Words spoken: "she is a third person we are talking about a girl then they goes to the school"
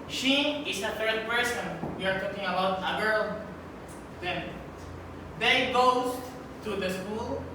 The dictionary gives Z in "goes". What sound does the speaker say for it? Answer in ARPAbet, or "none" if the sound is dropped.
S